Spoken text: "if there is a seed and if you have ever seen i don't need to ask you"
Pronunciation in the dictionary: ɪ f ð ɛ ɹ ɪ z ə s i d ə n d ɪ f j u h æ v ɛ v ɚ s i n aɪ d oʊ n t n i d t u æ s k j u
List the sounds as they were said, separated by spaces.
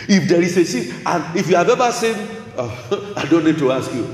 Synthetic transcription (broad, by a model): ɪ f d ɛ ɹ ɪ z ə s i ə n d ɪ f j u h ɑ v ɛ v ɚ s i n aɪ d oʊ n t n i d t u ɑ s k j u